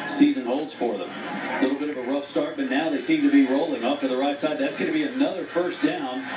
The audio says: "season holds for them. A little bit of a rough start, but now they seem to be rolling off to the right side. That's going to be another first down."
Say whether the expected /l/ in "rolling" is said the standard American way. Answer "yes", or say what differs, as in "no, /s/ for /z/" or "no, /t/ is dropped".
yes